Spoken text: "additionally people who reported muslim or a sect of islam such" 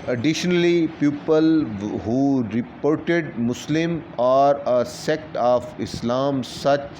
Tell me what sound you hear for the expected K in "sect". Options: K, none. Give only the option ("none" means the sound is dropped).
K